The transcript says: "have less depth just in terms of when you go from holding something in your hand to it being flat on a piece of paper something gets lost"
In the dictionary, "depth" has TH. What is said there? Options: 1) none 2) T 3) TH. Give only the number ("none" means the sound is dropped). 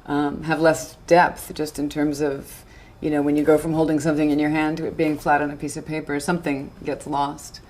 3